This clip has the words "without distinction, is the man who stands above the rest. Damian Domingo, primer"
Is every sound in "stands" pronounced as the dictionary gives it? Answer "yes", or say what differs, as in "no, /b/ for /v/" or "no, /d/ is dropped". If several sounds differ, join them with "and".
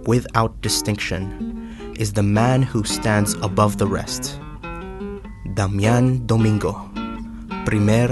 yes